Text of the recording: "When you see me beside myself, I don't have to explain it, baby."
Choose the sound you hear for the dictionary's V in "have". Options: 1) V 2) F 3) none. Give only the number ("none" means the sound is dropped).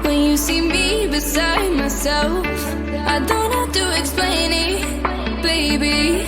2